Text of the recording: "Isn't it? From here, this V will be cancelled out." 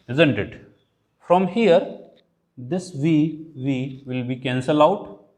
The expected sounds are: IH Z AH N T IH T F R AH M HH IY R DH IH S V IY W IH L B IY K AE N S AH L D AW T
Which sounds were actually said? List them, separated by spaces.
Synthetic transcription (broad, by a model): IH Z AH N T IH T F R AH M HH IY R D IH S V IY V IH L B IY K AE N S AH L AW T